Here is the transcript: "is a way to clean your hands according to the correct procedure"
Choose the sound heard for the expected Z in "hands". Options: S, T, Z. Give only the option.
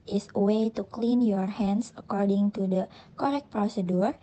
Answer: S